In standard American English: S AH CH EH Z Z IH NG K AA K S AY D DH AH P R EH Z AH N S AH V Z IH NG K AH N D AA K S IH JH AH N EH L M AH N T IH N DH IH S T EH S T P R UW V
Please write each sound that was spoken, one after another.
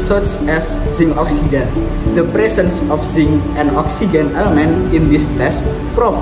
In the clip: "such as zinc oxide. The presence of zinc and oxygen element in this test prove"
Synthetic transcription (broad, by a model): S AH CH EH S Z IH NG AA K S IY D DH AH P R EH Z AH N S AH F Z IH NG AH N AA K S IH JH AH N EH L M AH N T IH N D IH S T EH S T P R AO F